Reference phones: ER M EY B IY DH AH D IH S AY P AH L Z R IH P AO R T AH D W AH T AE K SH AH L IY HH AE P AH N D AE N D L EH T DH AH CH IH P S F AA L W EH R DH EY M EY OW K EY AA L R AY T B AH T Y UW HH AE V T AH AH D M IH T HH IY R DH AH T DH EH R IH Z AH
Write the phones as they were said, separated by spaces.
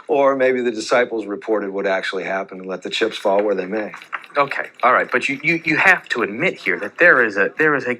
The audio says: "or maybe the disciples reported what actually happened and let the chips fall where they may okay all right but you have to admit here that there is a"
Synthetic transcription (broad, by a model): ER M EY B IY DH AH D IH S AY P L Z R IH P AO R T AH D W AH T AE K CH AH L IY HH AE P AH N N L EH T DH AH CH IH P S F AA L W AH R DH EY M EY OW K EY AA L R AY T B AH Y Y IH HH AE F T AH AH D M IH T HH IY R DH AH T DH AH R IH Z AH